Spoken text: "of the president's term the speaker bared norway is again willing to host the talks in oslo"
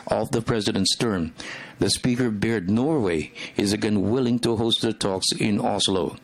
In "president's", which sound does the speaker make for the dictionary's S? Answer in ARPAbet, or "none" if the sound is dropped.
S